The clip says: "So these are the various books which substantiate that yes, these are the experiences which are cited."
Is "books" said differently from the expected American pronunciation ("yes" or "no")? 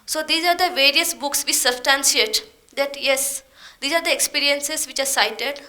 no